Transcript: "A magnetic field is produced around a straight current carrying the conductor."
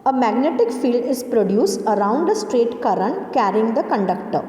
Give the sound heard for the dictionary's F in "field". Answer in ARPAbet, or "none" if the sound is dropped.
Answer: F